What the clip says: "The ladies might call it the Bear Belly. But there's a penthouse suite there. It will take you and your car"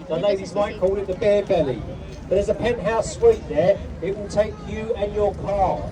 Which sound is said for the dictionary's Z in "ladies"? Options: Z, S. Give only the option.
Z